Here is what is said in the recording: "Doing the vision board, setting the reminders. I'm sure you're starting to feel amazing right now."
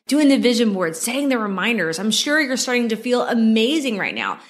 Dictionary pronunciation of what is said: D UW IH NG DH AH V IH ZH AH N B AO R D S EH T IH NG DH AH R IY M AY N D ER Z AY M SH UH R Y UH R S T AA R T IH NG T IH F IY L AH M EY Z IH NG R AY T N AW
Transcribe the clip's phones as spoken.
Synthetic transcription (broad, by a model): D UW IH NG DH AH V IH ZH AH N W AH R D S EH T IH NG DH AH R IY M AY N D ER Z AY M SH UH R Y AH R S T AA R T IH NG T IH F IY L AH M EY Z IH NG R AY T N AW